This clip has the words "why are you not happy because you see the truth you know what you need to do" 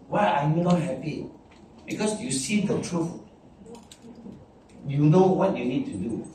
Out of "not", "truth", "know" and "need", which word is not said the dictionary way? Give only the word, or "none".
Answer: truth